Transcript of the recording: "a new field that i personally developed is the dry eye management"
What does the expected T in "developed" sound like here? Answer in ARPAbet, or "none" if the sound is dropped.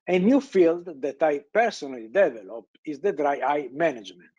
none